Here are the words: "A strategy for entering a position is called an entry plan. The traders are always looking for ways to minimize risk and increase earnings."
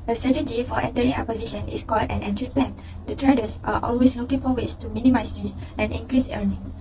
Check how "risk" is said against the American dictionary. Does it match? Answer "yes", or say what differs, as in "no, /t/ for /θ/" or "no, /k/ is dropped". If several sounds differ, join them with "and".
no, /k/ is dropped